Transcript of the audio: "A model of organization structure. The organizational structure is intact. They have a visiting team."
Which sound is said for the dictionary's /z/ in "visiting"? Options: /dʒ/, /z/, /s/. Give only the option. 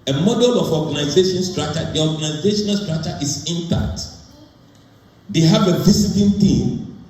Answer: /s/